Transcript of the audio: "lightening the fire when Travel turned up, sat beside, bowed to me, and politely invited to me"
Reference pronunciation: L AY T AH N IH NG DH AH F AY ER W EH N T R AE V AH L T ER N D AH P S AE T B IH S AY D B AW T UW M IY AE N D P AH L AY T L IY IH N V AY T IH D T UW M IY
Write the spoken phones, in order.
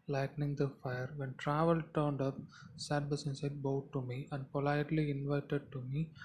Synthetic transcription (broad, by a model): L AY T N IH NG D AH F AY ER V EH N T R AE V AH L T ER N D AH P S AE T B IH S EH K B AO T UW M IY AE N D P AH L AY T L IY IH N V AY T IH D T UW M IY